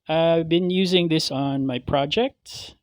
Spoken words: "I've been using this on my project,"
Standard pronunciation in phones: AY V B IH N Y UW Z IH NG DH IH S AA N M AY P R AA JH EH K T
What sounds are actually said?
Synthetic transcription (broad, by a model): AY V B IH N Y UW Z IH NG DH IH S N M AY P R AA JH EH K T